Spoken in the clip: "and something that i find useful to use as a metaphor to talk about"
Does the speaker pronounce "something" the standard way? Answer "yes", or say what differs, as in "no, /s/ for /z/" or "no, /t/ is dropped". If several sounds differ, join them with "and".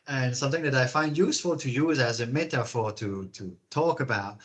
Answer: yes